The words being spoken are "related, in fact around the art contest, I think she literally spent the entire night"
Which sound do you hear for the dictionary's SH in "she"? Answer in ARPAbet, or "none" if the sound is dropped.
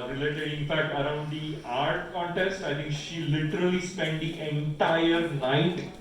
SH